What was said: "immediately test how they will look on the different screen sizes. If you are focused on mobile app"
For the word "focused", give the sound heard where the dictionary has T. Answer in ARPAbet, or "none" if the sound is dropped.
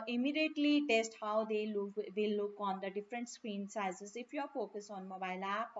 none